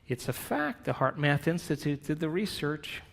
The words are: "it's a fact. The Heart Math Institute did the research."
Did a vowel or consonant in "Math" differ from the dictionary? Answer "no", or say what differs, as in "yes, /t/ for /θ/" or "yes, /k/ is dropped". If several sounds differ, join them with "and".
no